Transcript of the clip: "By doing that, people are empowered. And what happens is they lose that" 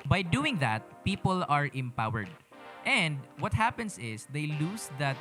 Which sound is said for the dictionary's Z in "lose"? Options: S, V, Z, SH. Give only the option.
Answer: S